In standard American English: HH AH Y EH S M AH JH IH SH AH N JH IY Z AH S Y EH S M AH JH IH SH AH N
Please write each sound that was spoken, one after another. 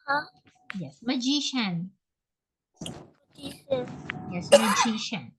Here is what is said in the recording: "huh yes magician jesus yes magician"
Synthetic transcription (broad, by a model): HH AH Y EH S M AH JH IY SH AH N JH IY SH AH Y EH S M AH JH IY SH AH N